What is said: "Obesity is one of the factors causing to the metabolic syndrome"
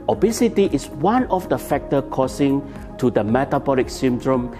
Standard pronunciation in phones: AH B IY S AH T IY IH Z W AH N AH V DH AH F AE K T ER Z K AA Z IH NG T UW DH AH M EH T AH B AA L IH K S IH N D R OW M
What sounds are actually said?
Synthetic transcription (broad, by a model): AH B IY S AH T IY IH S W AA N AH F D AH F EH K T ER K AA S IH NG T UW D AH M EH T AH B AA L IH K S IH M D R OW M